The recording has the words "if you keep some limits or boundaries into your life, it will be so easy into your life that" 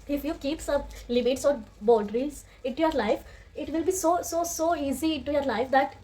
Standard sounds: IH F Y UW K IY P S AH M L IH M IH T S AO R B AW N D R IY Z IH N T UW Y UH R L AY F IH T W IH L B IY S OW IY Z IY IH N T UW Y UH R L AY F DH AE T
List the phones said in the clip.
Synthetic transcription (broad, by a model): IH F Y UW K IY P S AH M L IH M IH T S AO R B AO L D R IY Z IH N T UW Y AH R L AY F IH T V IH L B IY S OW IY Z IY IH N T UW Y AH R L AY F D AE T